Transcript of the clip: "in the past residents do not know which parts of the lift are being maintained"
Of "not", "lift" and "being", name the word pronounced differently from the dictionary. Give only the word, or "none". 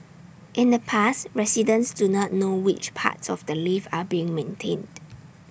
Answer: lift